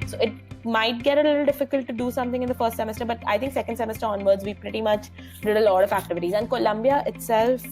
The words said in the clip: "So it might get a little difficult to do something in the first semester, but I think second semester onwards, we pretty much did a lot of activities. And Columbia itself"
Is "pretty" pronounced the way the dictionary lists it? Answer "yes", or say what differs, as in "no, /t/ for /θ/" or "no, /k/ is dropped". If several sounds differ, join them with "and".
yes